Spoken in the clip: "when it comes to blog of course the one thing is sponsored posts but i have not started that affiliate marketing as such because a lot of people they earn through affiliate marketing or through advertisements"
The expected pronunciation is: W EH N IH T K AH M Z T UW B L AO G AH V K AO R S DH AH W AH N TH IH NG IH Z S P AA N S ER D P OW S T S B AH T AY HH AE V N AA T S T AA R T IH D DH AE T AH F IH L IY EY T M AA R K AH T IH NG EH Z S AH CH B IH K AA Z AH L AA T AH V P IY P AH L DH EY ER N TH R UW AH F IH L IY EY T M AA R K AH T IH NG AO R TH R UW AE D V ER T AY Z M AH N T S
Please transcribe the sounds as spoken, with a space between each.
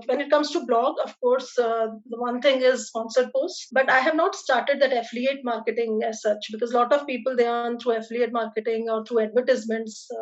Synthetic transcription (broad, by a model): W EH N IH T K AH M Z T UW B L AO G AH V K AO R S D AH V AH N T IH NG IH Z S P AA N S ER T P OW S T B AH T AY HH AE V N AA T S T AA R T IH D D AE T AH F L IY EY T M AA R K AH T IH NG EH Z S AH CH B IH K AA Z L AA T AH V P IY P AH L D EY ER N T R UW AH F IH L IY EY T M AA R K AH T IH NG AO R T R UW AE D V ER T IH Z M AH N T S